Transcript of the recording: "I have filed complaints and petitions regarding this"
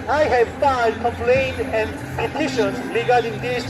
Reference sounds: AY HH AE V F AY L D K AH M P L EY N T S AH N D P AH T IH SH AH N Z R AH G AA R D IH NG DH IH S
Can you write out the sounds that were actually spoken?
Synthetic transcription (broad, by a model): AY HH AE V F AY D K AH M P L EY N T AH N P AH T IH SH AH N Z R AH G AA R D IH NG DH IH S